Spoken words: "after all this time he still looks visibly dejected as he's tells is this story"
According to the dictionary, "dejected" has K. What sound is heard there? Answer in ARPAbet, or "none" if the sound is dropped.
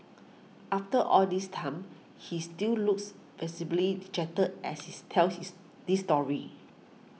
none